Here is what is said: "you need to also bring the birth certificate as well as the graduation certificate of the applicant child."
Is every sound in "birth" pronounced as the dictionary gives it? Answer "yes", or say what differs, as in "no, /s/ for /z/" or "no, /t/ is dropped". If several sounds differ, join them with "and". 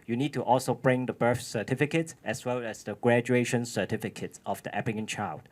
no, /f/ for /θ/